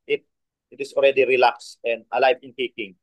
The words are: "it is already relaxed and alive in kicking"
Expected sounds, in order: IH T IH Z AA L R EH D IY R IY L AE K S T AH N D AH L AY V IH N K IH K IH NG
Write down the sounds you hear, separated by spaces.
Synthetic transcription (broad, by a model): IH T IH S AA L R EH D IY R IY L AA K S AH N D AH L AY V IH N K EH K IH NG